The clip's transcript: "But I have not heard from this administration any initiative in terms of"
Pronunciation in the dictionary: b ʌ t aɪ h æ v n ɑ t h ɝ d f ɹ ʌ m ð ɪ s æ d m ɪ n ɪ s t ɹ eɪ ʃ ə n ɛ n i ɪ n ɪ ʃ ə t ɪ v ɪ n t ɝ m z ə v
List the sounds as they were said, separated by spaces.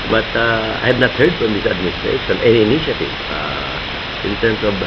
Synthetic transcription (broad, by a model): b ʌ t aɪ h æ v n ɑ t h ɝ d f ɹ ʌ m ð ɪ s æ d m ɪ n ɪ s t ɹ eɪ ʃ ə n ɛ n i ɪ n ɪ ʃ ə t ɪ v ɪ n t ɝ m s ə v